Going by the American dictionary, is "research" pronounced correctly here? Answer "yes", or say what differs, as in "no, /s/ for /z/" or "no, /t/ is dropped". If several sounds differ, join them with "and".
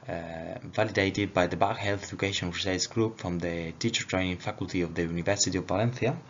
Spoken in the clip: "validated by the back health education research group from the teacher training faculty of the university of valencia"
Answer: no, /s/ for /tʃ/